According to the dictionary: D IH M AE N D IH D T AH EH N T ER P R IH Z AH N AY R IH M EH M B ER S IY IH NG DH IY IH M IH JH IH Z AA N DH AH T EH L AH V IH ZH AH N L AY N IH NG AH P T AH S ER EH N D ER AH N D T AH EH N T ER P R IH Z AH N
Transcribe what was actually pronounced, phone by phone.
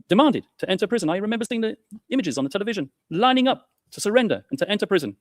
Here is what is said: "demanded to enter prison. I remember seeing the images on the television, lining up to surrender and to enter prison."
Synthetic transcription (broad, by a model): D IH M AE N D IH D T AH EH N T ER P R IH Z AH N AY R IH M EH M B ER S IY IH NG DH IY IH M IH JH IH Z N DH AH T EH L AH V IH ZH AH N L AY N IH NG AH P T AH S ER EH N D ER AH N T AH EH N T ER P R IH Z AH N